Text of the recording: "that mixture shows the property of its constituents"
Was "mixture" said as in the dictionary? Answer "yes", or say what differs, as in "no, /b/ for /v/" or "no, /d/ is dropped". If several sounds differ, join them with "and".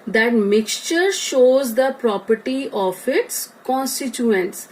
yes